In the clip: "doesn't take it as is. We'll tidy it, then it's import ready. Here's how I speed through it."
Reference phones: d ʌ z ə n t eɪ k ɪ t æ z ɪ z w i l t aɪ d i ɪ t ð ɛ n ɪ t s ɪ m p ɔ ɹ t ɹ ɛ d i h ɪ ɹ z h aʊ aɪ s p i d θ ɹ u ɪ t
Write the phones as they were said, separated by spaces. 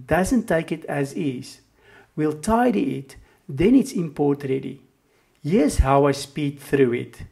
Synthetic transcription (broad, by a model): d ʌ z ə n t eɪ k ɪ t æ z ɪ z w i l t aɪ d i ɪ t ð ɛ n ɪ t s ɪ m p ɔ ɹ t ɹ ɛ d i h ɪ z h aʊ aɪ s p i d θ ɹ u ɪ t